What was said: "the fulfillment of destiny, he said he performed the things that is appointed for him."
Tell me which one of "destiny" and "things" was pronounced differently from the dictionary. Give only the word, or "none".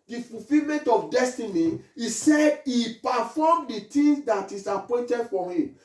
things